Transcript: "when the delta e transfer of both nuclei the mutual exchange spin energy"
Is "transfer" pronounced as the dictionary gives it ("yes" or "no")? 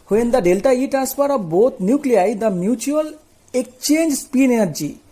no